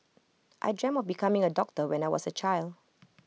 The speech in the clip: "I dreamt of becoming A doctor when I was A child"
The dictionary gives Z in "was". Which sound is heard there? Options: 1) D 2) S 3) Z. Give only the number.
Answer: 2